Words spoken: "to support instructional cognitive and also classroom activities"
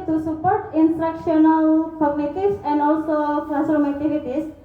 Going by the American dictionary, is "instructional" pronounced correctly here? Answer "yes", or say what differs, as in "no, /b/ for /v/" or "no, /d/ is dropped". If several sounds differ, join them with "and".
yes